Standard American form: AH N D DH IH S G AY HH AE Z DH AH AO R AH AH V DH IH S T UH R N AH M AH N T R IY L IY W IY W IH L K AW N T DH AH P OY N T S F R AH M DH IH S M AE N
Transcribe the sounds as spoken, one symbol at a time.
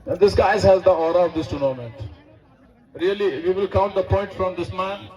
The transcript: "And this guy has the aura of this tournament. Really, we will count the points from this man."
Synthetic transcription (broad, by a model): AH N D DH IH S G AY HH AE Z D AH AO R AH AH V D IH S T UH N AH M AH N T R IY L IY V IY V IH L K AW N T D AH P OY N T F R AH M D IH S M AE N